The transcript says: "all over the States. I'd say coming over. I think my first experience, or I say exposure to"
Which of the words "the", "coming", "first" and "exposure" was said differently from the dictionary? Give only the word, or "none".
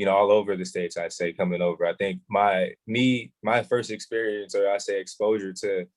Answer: none